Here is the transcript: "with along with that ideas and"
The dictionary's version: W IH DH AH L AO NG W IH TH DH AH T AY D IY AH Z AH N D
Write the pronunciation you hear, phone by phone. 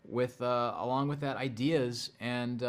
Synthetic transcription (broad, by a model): W IH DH AH L AO NG W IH DH AH T AY D IY AH Z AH N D